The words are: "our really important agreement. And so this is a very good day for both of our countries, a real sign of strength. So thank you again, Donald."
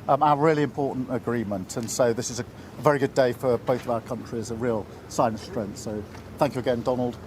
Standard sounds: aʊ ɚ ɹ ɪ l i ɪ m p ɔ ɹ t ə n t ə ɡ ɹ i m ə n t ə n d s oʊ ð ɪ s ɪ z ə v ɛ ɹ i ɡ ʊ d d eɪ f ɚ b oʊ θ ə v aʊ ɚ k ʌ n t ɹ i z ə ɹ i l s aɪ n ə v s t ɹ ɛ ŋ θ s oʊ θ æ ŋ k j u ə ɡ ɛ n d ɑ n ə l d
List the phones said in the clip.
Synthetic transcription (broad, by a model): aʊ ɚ ɹ ɪ l i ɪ m p ɔ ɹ t n t ə ɡ ɹ i m ə n t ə n s oʊ ð ɪ s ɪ z ə v ɛ ɹ i ɡ ʊ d d eɪ f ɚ b oʊ θ ə v aʊ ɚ k ʌ n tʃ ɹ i z ə ɹ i l s aɪ ə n s t ɹ ɛ ŋ θ s oʊ θ æ ŋ k j u ə ɡ ɛ n d ɑ n ə l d